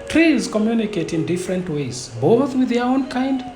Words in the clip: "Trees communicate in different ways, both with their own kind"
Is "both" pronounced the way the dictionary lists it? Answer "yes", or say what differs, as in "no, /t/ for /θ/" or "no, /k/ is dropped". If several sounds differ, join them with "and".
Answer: yes